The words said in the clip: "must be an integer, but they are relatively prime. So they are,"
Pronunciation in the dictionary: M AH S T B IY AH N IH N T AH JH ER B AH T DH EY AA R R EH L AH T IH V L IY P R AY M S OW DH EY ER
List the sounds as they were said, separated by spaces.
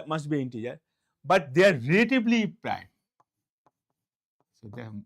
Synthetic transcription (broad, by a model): M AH S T B IY IH N T AH JH ER B AH T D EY AA R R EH L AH T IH B L IY P R AY M S OW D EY